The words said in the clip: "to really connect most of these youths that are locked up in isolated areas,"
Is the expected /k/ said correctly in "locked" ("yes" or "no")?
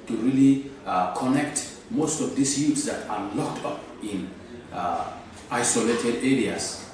yes